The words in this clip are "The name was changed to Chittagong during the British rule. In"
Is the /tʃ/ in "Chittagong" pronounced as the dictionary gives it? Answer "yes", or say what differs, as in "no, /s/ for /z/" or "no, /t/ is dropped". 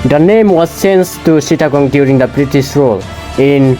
no, /s/ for /tʃ/